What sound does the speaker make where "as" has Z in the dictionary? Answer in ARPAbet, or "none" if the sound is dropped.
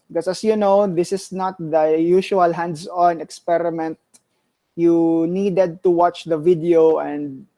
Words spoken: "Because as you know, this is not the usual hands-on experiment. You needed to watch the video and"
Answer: S